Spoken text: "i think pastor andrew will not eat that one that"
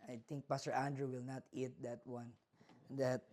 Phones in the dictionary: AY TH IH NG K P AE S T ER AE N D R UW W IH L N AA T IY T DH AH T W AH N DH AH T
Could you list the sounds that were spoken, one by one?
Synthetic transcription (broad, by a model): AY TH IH NG K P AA S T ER AE N D R UW W IH L N AA T IY T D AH T W AH N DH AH T